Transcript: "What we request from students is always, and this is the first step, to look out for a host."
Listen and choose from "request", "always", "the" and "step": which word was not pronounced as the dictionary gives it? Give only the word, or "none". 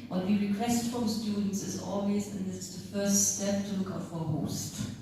always